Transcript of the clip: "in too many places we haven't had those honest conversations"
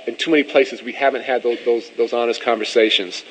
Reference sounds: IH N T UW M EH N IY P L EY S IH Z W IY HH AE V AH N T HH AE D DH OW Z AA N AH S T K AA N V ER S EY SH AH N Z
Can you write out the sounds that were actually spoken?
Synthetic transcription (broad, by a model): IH N T UW M EH N IY P L EY S IH Z W IY HH AE V AH N T HH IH D DH OW Z AA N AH S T K AA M V ER S EY SH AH N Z